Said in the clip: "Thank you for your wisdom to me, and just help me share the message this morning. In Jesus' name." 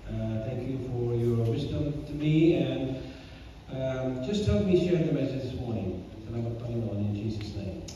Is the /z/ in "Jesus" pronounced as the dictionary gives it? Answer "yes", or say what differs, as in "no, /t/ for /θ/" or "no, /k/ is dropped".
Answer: yes